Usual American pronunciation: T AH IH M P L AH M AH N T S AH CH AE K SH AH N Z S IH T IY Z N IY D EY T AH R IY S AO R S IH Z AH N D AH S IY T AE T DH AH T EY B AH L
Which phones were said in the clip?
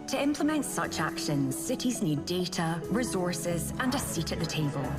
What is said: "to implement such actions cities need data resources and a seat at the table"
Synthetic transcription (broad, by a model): T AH IH M P L AH M AH N T S AH CH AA K SH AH N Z S IH T IY Z N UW D EY T AH R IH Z AO R S IH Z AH N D AH S IY T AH T DH AH T EY B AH L